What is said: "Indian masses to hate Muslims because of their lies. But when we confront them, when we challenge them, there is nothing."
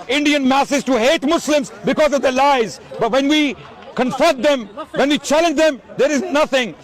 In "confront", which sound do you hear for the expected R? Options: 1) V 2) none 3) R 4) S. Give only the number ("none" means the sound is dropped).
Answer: 2